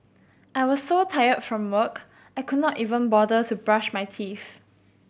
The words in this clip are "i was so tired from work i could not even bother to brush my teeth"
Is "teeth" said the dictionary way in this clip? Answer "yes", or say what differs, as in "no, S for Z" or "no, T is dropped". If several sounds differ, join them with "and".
no, F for TH